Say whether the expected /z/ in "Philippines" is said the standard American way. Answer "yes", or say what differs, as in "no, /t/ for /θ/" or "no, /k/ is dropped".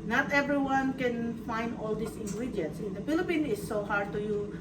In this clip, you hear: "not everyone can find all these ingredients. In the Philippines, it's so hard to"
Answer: no, /z/ is dropped